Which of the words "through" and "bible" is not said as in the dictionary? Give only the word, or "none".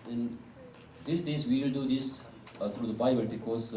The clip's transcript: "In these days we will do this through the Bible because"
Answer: through